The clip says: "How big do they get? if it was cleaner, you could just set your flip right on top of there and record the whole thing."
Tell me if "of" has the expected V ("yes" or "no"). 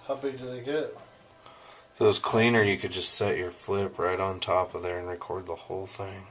yes